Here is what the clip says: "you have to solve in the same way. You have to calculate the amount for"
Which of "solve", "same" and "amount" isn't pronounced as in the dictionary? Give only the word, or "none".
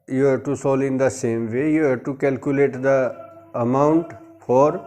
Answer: solve